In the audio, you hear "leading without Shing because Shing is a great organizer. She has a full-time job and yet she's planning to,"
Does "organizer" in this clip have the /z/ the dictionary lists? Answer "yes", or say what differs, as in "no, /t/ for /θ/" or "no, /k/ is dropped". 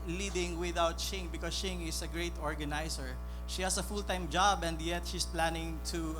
no, /s/ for /z/